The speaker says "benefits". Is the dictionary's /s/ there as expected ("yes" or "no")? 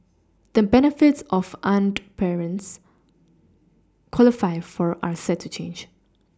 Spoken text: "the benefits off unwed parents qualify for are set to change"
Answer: yes